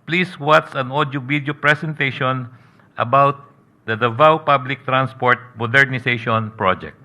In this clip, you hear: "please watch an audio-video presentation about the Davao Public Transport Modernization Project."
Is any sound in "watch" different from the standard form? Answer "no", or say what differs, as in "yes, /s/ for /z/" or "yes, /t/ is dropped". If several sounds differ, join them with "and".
yes, /s/ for /tʃ/